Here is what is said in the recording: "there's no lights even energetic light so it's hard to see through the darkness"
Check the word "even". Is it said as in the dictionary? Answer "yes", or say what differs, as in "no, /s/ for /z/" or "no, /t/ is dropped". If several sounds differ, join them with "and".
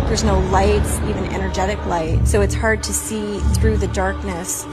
yes